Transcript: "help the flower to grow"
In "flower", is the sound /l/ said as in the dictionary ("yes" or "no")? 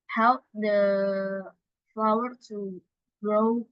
yes